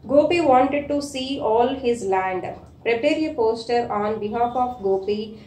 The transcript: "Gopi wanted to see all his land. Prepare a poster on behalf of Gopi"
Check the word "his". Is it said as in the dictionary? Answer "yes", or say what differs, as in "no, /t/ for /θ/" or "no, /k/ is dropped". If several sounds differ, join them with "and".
yes